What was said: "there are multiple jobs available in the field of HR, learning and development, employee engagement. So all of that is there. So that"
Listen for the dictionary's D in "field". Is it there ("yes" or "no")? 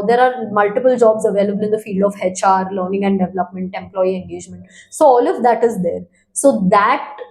yes